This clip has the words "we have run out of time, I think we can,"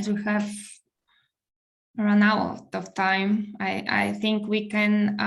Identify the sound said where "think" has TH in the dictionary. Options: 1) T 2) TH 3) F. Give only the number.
2